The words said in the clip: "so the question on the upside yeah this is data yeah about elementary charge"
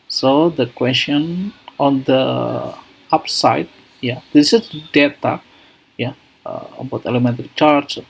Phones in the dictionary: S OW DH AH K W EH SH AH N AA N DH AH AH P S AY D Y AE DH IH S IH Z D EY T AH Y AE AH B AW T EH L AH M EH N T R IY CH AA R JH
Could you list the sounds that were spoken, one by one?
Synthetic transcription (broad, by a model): S OW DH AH K W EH S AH N AA N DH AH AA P S AY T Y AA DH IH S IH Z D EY T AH Y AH AH B AW T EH L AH M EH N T IY CH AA R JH